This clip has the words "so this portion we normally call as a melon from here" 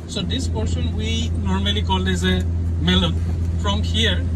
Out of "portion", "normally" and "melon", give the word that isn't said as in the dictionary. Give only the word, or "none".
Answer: portion